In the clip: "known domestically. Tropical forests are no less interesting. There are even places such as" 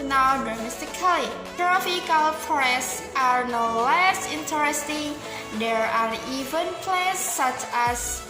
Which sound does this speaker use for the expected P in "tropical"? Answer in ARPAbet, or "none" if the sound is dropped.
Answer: F